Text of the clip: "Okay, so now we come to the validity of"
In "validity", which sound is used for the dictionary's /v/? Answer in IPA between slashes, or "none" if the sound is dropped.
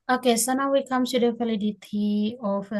/f/